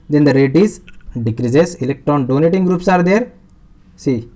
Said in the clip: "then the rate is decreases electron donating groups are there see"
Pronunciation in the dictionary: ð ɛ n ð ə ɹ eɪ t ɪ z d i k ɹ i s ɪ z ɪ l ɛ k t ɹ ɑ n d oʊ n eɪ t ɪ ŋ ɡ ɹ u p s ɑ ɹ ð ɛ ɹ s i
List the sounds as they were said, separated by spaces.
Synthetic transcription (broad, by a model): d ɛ n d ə ɹ eɪ t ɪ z d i k ɹ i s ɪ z ɪ l ɛ k t ɹ ɑ n d oʊ n eɪ t ɪ ŋ ɡ ɹ u p s ɑ ɹ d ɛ ɹ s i